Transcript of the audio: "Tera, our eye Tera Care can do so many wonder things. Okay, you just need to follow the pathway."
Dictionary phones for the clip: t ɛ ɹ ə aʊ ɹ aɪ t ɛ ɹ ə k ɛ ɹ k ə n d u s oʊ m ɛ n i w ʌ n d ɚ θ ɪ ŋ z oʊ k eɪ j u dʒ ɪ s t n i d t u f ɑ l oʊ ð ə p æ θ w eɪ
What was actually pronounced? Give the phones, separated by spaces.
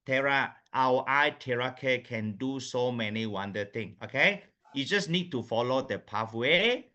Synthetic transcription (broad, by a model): t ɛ ɹ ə aʊ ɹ aɪ t ɛ ɹ ə k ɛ k ə n d u s oʊ m ɛ n i w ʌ n d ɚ t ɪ ŋ oʊ k eɪ j u dʒ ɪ s n i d t u f ɑ l oʊ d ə p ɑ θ w eɪ